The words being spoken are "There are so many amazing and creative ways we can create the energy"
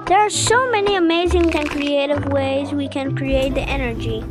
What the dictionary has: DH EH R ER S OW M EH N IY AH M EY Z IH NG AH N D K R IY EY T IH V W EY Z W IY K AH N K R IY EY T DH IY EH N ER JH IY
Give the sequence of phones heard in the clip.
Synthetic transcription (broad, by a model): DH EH R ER S OW M EH N IY AH M EY Z IH NG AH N K R IY EY T IH V W EY Z W IY K AH N K R IY EY T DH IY EH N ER JH IY